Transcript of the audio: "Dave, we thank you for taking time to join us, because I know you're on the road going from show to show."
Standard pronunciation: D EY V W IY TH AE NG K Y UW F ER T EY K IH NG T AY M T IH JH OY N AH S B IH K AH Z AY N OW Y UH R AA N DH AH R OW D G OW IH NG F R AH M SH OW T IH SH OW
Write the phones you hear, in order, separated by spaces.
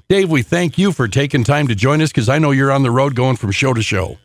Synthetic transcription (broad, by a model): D EY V W IY TH AE NG K Y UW F ER T EY K IH NG T AY M T IH JH OY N AH S K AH Z AY N OW Y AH R AA N DH AH R OW D G OW IH NG F R AH M SH OW T IH SH OW